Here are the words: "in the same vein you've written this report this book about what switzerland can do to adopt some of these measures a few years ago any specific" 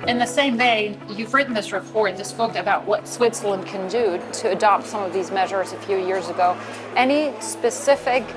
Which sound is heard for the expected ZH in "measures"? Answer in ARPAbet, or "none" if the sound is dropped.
ZH